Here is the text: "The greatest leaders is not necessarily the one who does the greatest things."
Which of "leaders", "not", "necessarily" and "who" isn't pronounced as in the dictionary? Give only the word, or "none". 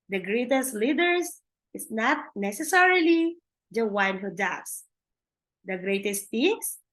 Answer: leaders